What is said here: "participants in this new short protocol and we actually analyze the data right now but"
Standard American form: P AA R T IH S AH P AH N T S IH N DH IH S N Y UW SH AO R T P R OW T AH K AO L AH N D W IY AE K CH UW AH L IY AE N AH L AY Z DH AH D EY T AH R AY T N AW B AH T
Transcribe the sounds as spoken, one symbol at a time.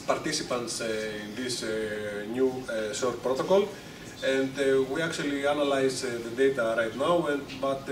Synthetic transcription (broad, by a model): P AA R T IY S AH P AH N T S IH N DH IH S N Y UW S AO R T P R OW T AH K AO L AH N D W IY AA K CH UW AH L IY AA N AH L AY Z DH AH D EY T AH R AY T N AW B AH T